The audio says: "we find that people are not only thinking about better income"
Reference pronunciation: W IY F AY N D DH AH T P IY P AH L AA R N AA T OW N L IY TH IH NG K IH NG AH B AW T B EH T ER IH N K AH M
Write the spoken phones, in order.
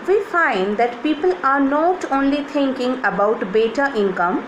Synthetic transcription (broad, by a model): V IY F AY N D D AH T P IY P AH L AA R N AA T OW N L IY T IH NG K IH NG AH B AW T B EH T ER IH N K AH M